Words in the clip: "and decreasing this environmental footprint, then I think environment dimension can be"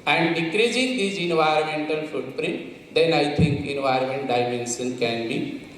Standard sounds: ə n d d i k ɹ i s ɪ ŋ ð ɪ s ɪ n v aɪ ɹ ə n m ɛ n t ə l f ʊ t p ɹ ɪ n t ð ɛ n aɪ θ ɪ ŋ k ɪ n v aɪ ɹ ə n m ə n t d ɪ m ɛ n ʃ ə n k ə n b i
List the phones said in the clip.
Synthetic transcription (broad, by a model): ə n d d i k ɹ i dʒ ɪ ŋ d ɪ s ɪ n v aɪ ɹ ə n m ɛ n t ə l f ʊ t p ɹ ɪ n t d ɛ n aɪ t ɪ ŋ k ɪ n v aɪ ɹ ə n m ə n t d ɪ m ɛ n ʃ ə n k ə n b i